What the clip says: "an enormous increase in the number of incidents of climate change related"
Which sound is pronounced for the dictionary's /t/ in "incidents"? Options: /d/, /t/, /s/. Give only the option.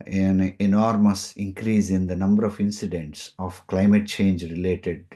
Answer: /t/